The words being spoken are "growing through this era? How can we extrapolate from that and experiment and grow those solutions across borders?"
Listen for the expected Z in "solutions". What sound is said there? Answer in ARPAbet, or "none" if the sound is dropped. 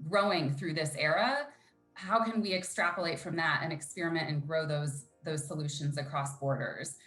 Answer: Z